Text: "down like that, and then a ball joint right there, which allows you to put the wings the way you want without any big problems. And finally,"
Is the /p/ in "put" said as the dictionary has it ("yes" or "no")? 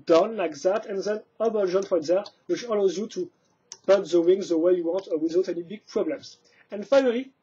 no